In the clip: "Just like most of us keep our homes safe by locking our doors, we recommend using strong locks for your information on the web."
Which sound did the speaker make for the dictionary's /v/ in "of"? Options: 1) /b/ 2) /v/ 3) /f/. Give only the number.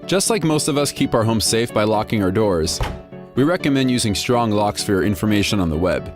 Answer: 2